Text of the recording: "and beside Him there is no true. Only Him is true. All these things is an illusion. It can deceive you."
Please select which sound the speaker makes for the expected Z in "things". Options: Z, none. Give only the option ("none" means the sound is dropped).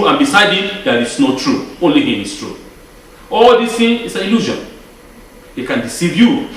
none